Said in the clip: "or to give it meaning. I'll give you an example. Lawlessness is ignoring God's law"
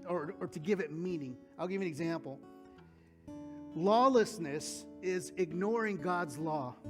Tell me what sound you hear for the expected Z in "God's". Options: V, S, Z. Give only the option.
Z